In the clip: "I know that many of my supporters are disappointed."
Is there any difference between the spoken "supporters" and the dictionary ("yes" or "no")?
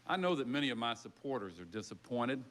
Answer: no